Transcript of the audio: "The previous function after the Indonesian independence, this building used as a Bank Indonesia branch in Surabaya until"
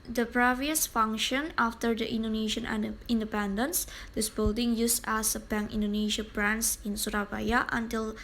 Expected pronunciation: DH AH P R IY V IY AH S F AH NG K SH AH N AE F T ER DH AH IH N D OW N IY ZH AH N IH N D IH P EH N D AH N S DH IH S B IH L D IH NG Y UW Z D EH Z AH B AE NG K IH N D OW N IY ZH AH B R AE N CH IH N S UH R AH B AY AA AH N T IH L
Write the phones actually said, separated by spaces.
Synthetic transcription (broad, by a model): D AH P R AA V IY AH S F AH NG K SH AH N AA F T ER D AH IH N D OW N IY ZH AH N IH N D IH P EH N D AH N S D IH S B IH L D IH NG Y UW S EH S AH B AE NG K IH N D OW N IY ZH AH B R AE N S IH N S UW R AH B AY AA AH N T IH L